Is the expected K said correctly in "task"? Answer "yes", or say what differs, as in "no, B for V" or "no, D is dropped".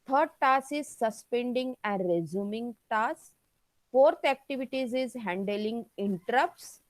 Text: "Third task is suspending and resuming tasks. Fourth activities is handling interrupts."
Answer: no, K is dropped